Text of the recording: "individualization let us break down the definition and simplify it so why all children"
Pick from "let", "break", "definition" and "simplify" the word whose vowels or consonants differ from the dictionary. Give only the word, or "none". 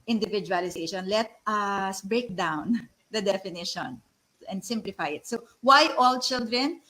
none